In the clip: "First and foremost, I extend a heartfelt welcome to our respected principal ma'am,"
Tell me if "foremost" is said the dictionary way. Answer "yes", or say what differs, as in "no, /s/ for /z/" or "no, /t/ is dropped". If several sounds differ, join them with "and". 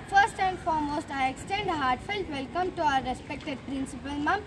yes